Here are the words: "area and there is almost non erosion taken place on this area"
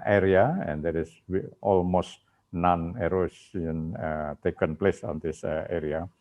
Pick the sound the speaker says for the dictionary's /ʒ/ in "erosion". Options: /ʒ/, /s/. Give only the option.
/s/